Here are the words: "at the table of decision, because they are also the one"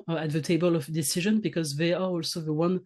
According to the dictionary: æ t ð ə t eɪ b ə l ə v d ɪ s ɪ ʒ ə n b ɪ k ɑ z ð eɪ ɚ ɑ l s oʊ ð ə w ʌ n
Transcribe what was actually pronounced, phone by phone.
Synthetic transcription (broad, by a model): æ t ð ə t eɪ b ə l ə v d ɪ s ɪ ʒ ə n b ɪ k ɑ z ð eɪ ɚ ɑ l s oʊ ð ə w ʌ n